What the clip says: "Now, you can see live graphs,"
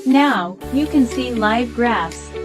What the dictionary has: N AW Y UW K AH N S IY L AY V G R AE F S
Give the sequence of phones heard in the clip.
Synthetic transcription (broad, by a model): N AW Y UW K AH N S IY L AY V G R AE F S